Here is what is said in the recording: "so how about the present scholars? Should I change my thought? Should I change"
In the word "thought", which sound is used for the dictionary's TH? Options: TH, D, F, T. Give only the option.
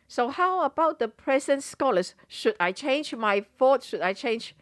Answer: F